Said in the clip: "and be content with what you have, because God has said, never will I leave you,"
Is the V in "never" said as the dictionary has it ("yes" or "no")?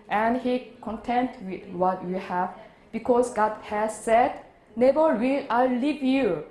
no